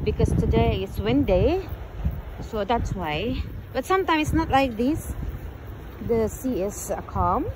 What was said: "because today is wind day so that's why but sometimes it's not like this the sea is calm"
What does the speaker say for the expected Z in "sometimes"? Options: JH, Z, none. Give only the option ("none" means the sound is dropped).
none